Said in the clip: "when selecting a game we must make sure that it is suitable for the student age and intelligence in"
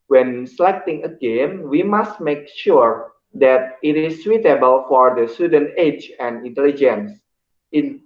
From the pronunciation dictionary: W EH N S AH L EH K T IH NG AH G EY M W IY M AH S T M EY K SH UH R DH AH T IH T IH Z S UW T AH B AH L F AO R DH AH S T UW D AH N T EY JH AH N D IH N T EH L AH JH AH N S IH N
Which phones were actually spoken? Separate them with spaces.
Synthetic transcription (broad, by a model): W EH N S L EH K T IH NG AH G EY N W IY M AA S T M EY K SH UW R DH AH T IH T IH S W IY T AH B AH L F AO R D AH S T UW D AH N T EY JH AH N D IH N T EH L AH JH AH N S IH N